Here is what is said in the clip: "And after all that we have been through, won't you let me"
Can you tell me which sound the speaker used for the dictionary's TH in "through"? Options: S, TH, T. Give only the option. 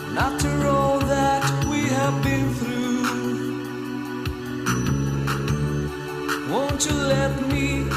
TH